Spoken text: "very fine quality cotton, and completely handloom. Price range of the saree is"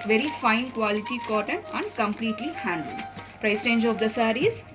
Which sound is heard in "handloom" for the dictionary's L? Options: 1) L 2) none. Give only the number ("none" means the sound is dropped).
2